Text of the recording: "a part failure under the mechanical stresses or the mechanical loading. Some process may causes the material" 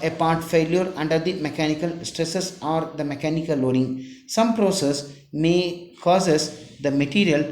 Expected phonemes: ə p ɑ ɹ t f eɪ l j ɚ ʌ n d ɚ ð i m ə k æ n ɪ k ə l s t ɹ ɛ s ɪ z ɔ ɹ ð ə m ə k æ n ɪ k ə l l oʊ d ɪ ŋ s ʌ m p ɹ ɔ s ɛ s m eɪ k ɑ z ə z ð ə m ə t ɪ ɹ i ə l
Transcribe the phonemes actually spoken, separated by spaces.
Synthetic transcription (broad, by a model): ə p ɑ ɹ t f eɪ l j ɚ ʌ n d ɚ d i m ə k æ n ɪ k ə l s t ɹ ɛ s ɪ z ɔ ɹ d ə m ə k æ n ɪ k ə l l oʊ d ɪ ŋ s ʌ m p ɹ ɔ s ɛ s m eɪ k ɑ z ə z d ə m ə t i ɹ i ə l